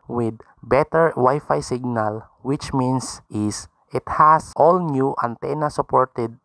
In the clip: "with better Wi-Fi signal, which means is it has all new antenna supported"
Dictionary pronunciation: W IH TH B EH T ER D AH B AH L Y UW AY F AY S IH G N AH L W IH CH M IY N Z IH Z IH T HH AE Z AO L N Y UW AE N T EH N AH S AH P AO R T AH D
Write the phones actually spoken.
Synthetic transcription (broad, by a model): W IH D B EH T ER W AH Y F AY S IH G N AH L W IH CH M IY N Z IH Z IH T HH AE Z AO L N Y UW AE N T EH N AH S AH P AO R T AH D